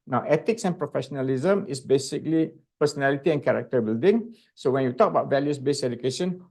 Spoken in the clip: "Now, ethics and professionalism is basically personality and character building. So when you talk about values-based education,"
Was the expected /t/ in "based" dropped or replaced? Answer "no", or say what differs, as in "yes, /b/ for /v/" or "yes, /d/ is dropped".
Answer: yes, /t/ is dropped